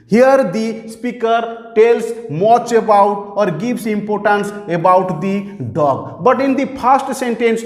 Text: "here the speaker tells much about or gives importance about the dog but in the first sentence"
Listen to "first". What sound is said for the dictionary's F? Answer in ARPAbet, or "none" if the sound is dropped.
P